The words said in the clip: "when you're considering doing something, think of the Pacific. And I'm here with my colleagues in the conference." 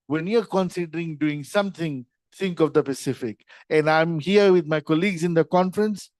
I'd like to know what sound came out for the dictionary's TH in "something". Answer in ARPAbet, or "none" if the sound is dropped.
T